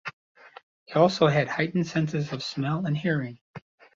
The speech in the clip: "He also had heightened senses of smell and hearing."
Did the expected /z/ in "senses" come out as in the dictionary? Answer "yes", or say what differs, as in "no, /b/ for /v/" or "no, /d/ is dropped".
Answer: yes